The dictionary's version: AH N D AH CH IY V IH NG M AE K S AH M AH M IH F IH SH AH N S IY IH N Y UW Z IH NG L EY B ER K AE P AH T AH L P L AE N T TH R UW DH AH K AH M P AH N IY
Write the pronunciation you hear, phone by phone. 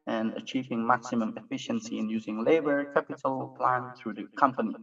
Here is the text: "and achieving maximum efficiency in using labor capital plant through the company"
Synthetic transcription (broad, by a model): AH N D AH CH IY V IH NG M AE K S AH M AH M IH F IH SH AH N S IY IH N Y UW Z IH NG L EY B ER K AE P AH T AH L P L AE N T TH R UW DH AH K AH M P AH N IY